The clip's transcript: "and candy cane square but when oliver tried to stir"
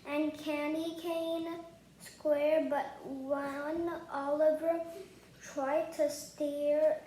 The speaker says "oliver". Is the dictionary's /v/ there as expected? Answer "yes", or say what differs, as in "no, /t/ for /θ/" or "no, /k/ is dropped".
yes